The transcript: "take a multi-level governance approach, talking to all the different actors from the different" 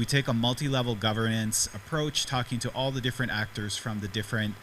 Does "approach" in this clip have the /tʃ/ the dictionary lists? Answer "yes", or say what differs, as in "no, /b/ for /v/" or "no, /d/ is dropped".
yes